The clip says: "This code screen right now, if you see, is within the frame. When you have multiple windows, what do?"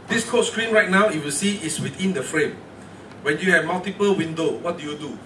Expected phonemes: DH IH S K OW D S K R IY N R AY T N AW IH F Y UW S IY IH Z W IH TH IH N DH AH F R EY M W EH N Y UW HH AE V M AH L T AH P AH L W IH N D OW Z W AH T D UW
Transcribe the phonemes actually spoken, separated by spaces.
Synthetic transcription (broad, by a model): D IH S K OW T S K R IY N R AY T N AW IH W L S IY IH S W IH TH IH N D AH F R EY M W EH N Y UW HH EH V M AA L T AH P AH L W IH N D OW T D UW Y D UW